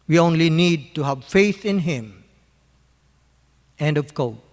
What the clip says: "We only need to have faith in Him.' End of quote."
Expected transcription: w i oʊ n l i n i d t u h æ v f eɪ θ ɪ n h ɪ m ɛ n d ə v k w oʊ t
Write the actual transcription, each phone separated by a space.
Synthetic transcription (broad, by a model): w i oʊ n l i n i d t u h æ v f eɪ θ ɪ n h ɪ m ɛ n d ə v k oʊ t